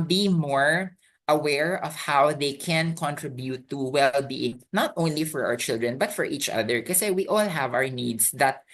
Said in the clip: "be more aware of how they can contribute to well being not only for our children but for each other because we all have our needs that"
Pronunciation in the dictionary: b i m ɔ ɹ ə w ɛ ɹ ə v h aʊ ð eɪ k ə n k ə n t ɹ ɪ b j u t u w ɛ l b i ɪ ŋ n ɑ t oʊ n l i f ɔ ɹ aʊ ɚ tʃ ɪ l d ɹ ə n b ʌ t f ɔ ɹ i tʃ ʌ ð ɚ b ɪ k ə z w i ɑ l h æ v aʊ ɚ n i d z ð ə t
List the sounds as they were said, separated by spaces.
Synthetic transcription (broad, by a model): b i m ɔ ɹ ə w ɛ ɹ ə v h aʊ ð eɪ k ə n k ə n t ɹ ɪ b j u t u w ɛ l b i ɪ ŋ n ɑ t oʊ n l i f ɔ ɹ aʊ ɚ tʃ ɪ l d ɹ ə n b ʌ t f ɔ ɹ i tʃ ʌ ð ɚ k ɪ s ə w i ɑ l h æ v aʊ ɚ n i d s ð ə t